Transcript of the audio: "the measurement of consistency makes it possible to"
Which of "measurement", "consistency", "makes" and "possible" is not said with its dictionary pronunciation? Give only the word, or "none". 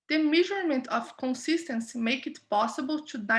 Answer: makes